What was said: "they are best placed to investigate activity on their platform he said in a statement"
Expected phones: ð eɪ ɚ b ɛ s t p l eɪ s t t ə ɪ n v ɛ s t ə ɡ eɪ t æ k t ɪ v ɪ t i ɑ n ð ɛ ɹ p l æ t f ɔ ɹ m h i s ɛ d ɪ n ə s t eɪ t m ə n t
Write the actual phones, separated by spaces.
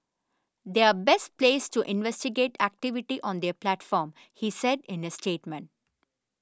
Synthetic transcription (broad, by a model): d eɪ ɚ b ɛ s t p l eɪ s t t ɪ n v ɛ s t ə ɡ eɪ t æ k t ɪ v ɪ t i ɑ n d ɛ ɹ p l æ t f ɔ ɹ m h i s ɛ d ɪ n ə s t eɪ t m ə n t